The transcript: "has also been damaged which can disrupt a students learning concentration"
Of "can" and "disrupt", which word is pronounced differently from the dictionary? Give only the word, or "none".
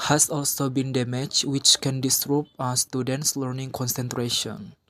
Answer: disrupt